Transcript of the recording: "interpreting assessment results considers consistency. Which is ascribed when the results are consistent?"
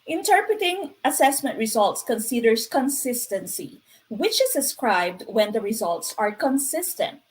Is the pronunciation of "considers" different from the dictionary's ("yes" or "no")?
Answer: yes